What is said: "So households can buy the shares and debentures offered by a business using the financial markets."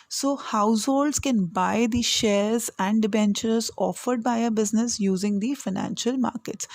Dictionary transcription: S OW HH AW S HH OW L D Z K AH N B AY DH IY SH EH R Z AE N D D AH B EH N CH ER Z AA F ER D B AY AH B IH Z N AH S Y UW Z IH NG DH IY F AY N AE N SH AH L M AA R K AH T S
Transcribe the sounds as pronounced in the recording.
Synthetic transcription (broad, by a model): S OW HH AW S HH OW L D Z K AH N B AY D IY SH EH R Z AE N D D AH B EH N CH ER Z AA F ER D B AY AH B IH Z N AH S Y UW Z IH NG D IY F AY N AE N SH AH L M AA R K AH T S